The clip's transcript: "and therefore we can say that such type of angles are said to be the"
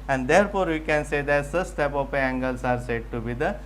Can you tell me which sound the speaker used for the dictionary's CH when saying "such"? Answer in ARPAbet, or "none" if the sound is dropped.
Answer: S